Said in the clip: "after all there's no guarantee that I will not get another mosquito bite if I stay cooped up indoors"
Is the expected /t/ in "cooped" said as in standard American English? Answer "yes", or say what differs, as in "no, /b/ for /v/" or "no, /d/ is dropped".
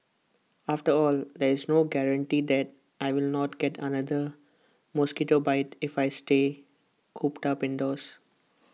yes